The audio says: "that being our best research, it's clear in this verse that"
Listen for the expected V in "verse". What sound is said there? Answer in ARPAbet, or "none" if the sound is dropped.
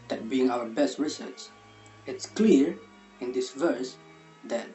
V